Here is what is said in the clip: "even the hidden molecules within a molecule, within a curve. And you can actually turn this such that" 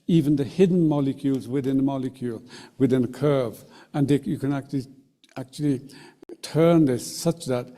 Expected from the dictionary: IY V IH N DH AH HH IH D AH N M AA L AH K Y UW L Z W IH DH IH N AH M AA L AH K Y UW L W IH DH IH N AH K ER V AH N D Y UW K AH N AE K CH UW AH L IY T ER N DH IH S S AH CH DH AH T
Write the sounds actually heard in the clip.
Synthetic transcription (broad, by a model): IY V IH N DH AH HH IH D N M AA L AH K Y UW L Z W IH DH IH N AH M AA L AH K Y UW L W IH DH IH N AH K ER V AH N D Y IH K AH N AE K CH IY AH L IY T ER N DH IH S S AH CH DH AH T